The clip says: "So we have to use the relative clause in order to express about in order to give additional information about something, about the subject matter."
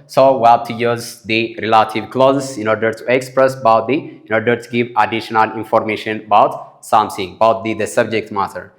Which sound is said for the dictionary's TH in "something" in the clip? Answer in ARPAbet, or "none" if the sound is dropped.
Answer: S